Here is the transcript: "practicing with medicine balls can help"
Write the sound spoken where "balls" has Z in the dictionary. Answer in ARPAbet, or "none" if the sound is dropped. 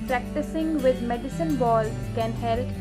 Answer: none